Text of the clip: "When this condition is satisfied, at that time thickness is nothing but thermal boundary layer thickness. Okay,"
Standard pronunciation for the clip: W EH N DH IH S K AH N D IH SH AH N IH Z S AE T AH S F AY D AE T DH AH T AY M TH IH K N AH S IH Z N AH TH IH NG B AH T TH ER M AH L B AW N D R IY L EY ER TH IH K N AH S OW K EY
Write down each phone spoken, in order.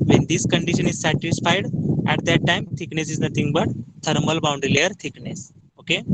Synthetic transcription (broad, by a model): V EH N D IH S K AH N D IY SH AH N IH Z S AE T AH S F AY D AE T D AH T AY M T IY K N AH S IH Z N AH T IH NG B AH T T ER M AH L B AW N D R IY L EY ER T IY K N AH S OW K EY